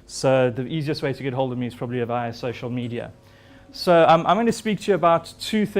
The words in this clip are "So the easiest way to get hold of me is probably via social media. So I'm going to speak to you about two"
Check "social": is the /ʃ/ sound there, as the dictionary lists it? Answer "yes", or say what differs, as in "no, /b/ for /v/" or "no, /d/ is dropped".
yes